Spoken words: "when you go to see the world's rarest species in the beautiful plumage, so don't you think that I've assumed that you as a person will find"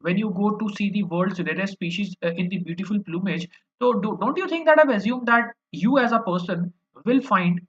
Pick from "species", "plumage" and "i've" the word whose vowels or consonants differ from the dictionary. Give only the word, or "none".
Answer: none